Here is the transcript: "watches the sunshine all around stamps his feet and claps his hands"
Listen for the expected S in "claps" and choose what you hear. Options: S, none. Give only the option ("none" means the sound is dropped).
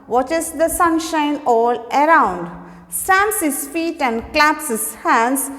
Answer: S